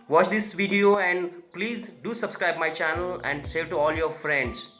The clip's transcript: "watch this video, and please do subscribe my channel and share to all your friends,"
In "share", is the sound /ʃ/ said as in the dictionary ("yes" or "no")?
no